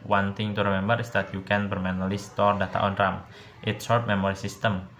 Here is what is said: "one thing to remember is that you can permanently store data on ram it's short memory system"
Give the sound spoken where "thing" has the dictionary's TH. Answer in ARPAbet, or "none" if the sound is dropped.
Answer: T